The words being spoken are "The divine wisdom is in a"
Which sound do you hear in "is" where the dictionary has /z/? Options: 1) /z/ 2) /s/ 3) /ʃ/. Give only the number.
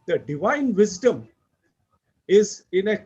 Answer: 1